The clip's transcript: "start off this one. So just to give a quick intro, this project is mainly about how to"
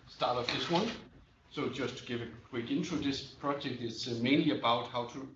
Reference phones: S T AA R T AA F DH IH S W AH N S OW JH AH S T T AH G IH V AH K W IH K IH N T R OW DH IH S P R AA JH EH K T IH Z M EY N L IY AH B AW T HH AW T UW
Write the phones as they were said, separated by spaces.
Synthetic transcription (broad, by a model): S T AA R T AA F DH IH S W AH N S OW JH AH S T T G IH V AH K W IH K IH N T UW DH IH S P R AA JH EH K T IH S M EY N L IY AH B AW T HH AW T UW